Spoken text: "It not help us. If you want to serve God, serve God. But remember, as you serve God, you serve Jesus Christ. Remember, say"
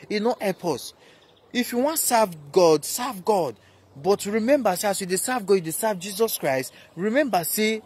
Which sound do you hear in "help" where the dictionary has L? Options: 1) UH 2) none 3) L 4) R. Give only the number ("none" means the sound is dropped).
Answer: 2